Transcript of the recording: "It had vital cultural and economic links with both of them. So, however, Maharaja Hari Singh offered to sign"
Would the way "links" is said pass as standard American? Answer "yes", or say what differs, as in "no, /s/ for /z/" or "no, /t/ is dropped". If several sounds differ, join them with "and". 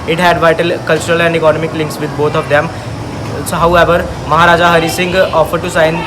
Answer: yes